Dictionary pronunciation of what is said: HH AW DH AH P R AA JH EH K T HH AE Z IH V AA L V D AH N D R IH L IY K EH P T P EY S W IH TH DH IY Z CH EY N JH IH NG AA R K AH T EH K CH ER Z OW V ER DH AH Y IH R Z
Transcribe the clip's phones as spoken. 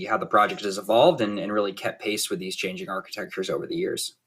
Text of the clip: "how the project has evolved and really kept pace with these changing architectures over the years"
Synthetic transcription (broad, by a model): HH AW DH AH P R AA JH EH K T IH Z IH V AA L V D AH N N R IH L IY K EH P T P EY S W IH DH IY Z CH EY N JH IH NG AA R K AH T EH K CH ER Z OW V ER DH AH Y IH R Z